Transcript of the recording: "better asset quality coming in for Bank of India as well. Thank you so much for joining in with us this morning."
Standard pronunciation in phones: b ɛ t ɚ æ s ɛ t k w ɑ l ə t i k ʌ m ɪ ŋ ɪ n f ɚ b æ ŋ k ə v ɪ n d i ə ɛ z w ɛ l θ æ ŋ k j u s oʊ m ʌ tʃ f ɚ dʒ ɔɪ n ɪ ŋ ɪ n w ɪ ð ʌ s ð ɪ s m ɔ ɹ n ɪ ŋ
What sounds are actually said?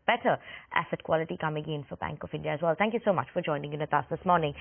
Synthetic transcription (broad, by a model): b ɛ t ɚ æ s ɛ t k w ɑ l ə t i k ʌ m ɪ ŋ ɪ n f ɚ b æ ŋ k ə v ɪ n d i ə z w ɛ l θ æ ŋ k j u s oʊ m ʌ tʃ f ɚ dʒ ɔɪ n ɪ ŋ ɪ n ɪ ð ʌ s ð ɪ s m ɔ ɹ n ɪ ŋ